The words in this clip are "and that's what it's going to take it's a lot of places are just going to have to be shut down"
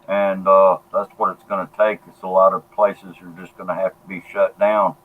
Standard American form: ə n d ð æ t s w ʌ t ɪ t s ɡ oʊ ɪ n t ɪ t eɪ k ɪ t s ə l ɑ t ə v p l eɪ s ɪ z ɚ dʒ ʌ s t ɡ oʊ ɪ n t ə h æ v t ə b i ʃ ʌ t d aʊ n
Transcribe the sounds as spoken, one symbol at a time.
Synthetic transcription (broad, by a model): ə n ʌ ð æ t s w ʌ t ɪ t s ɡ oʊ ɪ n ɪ t eɪ k ɪ t s ə l ɑ t ə v p l eɪ s ɪ z ɚ dʒ ʌ s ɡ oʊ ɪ n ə h æ f t ə b i ʃ ʌ t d aʊ n